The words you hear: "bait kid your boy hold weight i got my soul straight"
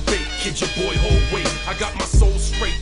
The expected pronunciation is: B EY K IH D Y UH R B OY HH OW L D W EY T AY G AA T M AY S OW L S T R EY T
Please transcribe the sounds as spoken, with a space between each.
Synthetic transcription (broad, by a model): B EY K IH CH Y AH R B OY HH OW L D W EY AY G AA T M AY S OW L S T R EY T